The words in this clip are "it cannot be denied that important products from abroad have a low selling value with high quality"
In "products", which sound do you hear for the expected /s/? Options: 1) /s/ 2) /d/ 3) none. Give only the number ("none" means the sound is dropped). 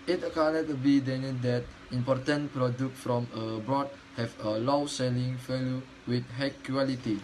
3